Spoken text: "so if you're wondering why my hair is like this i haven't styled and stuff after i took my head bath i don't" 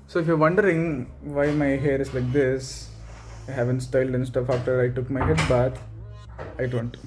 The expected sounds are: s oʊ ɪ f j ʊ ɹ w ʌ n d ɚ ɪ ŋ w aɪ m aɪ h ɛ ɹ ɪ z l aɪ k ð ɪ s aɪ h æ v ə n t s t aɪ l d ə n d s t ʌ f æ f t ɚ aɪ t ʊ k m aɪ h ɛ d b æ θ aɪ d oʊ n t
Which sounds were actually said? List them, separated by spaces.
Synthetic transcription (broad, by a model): s oʊ ɪ f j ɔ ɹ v ʌ n d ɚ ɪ ŋ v aɪ m aɪ h ɛ ɹ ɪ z l aɪ k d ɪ s aɪ h æ v ə n t s t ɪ l d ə n s t ʌ f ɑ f t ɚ aɪ t ʊ k m aɪ h ɛ d b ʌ t aɪ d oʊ n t